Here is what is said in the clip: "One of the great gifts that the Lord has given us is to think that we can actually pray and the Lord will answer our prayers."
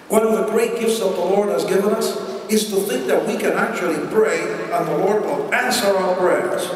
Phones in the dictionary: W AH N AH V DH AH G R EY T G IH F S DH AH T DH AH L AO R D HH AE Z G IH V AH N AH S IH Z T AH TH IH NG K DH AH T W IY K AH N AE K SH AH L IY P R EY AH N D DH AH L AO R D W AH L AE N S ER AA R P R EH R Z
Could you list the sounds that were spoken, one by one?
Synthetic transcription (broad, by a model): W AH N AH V DH AH G R EY T G IH F S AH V DH AH L AO R D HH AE Z G IH V AH N AH S IH Z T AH TH IH NG K DH AH T W IY K AH N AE K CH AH L IY B R EY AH N DH AH L AO R D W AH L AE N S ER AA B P R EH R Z